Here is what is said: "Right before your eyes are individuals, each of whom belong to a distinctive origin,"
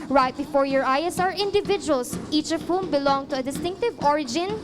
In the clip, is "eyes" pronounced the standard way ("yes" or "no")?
no